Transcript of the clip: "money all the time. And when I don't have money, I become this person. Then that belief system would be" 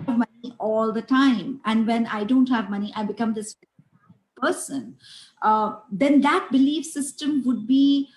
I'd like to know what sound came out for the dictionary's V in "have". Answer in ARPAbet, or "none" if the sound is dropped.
V